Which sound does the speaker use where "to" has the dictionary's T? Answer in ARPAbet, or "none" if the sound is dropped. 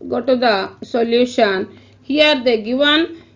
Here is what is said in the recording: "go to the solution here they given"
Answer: T